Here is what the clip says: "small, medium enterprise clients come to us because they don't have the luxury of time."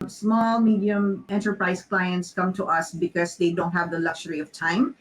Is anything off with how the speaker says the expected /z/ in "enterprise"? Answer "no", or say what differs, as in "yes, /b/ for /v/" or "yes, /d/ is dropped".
yes, /s/ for /z/